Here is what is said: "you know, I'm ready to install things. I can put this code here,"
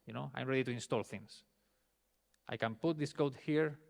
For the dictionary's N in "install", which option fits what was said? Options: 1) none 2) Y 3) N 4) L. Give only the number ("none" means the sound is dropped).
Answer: 3